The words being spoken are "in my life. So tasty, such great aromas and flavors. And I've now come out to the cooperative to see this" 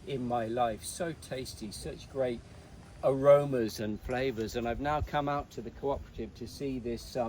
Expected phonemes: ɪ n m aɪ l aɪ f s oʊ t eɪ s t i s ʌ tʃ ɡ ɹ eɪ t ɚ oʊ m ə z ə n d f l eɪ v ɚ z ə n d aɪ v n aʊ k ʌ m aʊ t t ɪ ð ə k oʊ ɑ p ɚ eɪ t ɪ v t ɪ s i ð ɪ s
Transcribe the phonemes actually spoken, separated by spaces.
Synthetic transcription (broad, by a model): ɪ n m aɪ l aɪ f s oʊ t eɪ s t i s ʌ tʃ ɡ ɹ eɪ t ɚ oʊ m ə z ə n f l eɪ v ɚ z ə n aɪ v n aʊ k ʌ m aʊ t t ɪ ð ə k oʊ ɑ p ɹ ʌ t ɪ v t ɪ s i ð ɪ s